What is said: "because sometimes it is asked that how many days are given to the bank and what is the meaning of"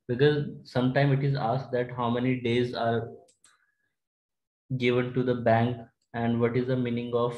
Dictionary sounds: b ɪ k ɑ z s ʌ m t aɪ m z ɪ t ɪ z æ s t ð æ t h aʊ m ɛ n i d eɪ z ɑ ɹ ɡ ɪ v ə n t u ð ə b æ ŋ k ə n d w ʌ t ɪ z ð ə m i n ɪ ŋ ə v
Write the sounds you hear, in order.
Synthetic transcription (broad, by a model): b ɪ k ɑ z s ʌ m t aɪ m ɪ t ɪ z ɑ s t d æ t h aʊ m ɛ n i d eɪ z ɑ ɹ ɡ ɪ v ə n t u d ə b æ ŋ k ə n d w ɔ t ɪ z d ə m i n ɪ ŋ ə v